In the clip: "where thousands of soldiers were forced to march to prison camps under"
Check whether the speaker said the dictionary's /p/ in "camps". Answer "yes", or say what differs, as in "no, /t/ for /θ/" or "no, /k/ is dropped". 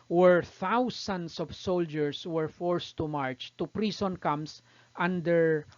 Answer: no, /p/ is dropped